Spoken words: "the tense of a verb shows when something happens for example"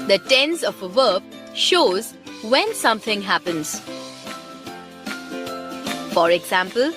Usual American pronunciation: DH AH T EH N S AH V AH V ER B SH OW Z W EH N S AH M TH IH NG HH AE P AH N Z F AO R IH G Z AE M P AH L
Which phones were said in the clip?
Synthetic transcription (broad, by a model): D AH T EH N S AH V AH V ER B SH OW Z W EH N S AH M T IH NG HH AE P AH N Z F AO R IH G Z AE M P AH L